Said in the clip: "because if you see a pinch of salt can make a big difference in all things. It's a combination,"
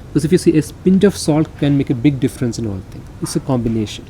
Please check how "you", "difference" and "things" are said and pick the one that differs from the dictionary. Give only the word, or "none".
things